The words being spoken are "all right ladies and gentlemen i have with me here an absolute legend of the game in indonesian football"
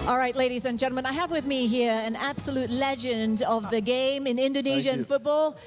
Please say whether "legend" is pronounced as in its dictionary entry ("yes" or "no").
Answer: yes